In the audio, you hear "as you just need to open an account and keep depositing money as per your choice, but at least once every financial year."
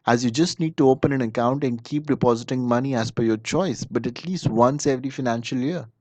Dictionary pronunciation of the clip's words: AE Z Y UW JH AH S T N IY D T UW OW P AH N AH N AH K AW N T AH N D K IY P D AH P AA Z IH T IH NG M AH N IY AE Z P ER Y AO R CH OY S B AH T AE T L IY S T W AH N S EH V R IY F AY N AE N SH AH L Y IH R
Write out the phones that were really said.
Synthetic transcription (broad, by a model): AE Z Y UW JH AH S T N IY D T UW OW P AH N AH N AH K AW N T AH N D K IY P D AH P AA Z IH T IH NG M AH N IY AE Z F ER Y AO R CH OY S B AH T AE T L IY S T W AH N S EH V R IY F AY N AE N SH AH L Y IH R